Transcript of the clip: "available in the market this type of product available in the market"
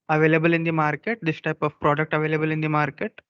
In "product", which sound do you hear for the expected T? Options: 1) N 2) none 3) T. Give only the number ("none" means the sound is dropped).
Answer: 3